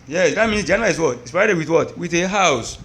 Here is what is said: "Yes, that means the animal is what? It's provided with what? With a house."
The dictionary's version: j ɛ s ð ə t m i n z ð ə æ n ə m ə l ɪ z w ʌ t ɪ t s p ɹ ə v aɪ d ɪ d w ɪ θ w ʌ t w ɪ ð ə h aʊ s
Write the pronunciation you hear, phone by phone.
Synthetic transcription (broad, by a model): j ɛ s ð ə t m i n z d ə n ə ə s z w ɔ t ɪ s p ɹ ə aɪ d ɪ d w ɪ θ w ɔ t w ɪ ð ə h aʊ s